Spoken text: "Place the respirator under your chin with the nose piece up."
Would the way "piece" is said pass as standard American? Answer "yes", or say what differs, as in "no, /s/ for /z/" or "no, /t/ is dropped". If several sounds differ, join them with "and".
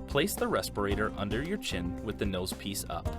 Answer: yes